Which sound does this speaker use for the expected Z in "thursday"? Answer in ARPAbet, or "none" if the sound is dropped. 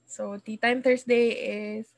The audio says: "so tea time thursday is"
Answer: S